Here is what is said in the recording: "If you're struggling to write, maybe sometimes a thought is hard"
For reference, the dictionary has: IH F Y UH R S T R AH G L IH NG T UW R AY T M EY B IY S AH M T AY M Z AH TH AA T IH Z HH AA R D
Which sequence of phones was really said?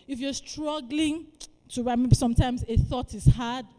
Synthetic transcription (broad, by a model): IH F Y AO S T R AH G L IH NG T UW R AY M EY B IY S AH M T AY M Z AH TH AA T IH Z HH AA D